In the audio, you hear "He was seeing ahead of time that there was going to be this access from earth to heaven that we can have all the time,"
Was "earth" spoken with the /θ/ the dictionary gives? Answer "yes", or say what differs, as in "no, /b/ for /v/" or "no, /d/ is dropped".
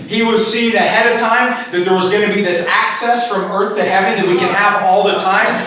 yes